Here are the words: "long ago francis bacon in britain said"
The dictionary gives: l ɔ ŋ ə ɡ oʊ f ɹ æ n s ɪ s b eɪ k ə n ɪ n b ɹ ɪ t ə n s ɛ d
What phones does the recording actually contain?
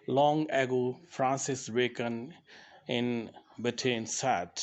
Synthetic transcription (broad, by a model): l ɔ ŋ ə ɡ oʊ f ɹ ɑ n s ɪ s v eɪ k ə n ɪ n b ɪ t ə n s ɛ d